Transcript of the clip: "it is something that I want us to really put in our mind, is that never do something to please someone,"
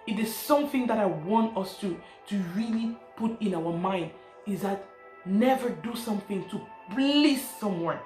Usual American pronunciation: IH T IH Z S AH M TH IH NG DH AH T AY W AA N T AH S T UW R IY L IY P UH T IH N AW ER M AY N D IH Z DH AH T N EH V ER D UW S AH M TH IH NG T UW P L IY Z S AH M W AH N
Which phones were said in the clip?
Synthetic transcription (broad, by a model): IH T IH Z S AH M TH IH NG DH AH T AY W AA N T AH S T UW R IY L IY P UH T IH N AW ER M AY N D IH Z DH AH T N EH V ER D UW S AH M TH IH NG T UW B L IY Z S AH M W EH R